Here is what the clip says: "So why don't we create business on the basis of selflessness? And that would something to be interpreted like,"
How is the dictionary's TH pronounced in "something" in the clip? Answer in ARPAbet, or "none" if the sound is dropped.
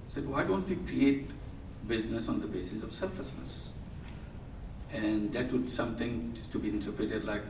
T